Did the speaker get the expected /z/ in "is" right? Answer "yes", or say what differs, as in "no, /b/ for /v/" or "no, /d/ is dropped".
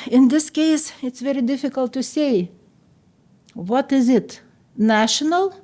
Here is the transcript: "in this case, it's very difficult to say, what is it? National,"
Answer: yes